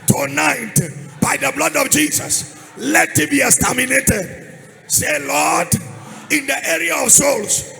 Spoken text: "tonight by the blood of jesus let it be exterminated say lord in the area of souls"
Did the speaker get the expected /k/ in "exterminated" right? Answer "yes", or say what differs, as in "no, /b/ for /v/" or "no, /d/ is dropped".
no, /k/ is dropped